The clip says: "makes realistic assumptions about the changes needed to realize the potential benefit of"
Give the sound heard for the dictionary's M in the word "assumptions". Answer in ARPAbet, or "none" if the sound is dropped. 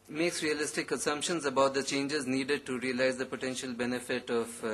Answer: M